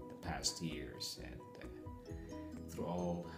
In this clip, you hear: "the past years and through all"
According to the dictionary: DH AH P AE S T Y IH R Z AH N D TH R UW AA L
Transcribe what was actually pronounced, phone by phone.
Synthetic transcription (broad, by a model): DH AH P AE S T Y IH R Z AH N TH R UW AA L